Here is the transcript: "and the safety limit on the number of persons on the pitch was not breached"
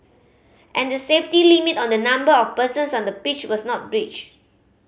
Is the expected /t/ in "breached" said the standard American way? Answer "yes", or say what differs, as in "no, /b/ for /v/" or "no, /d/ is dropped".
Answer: no, /t/ is dropped